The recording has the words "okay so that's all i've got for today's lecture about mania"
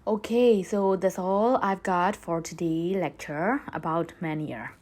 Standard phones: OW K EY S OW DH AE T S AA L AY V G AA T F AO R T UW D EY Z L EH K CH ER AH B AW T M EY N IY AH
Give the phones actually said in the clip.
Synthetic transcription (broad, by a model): OW K EY S OW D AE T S AA L AY V G AA T F AO R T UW D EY L EH K CH ER AH B AW T M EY N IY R